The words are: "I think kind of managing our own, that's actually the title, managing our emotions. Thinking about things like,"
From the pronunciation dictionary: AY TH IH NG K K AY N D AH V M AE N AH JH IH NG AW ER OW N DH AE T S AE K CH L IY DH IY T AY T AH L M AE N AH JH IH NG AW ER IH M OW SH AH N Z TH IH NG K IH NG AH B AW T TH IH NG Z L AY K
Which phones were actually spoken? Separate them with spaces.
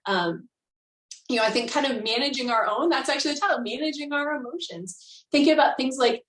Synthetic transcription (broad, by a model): AY TH IH NG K K AY N D AH V M AE N AH JH IH NG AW ER OW N DH AE T S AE K CH IY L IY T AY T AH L M AE N AH JH IH NG AW ER IH M OW SH AH N Z TH IH NG K IH NG AH B AW T TH IH NG Z L AY K